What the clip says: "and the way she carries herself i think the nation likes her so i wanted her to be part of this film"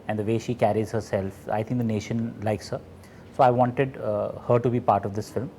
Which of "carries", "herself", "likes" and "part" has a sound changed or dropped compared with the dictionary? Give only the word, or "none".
none